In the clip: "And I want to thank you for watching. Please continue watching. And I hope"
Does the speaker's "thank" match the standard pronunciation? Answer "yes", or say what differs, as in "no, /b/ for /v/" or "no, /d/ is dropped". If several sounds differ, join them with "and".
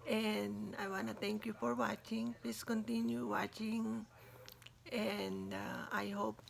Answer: no, /t/ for /θ/